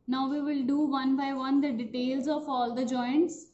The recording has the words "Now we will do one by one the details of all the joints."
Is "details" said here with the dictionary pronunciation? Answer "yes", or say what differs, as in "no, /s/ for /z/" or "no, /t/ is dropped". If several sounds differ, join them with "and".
yes